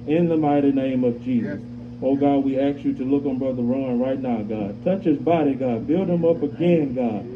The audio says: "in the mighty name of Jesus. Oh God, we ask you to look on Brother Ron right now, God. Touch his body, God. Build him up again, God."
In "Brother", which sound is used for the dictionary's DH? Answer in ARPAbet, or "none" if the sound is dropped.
DH